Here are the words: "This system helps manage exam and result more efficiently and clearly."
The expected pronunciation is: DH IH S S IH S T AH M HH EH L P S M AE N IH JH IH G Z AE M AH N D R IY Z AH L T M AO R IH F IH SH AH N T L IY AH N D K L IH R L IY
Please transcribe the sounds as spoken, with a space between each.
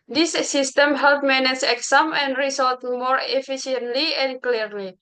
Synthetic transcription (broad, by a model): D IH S S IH S T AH M HH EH L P M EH N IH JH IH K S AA M AH N D R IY S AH L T M AO R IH F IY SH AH N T L IY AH N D K L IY R L IY